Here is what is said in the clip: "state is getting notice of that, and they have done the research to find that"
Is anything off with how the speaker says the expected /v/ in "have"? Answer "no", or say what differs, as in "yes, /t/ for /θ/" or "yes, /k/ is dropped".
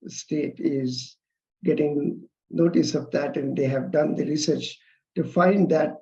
no